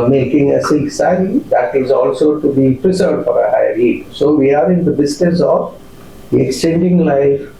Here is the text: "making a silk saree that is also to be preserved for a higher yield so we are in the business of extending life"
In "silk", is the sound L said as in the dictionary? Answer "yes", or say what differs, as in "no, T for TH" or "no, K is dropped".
no, L is dropped